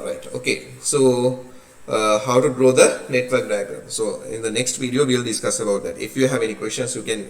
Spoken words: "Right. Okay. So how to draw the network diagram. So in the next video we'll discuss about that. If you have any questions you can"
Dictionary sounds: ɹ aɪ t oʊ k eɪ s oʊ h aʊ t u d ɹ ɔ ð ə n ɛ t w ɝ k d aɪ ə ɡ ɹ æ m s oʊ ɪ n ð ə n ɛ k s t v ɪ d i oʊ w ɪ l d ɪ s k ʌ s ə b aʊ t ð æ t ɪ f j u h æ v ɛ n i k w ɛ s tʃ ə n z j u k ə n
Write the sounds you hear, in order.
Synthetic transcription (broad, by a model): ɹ aɪ t oʊ k eɪ s oʊ h aʊ t u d ɹ ɔ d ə n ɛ t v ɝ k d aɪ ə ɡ ʌ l s oʊ ɪ n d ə n ɛ k s t v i d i oʊ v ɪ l d ɪ s k ʌ s ə b aʊ t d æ t ɪ f j u h æ v ɛ n i k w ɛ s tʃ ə n s j u k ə n